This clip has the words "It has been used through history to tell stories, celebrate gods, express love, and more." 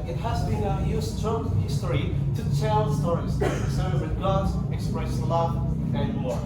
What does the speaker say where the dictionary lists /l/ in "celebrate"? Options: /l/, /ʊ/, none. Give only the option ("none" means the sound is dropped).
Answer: none